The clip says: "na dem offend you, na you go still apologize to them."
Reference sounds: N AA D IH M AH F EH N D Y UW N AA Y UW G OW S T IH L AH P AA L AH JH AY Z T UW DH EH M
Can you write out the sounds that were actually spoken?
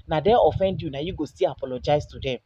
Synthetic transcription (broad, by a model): N AA D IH AH F EH N D Y UW N AA Y UW G OW S T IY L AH P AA L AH JH AY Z T UW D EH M